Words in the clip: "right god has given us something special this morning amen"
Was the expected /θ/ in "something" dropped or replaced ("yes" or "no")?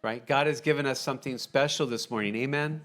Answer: no